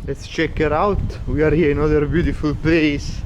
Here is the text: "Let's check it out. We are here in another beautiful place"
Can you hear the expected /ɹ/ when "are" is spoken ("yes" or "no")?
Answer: yes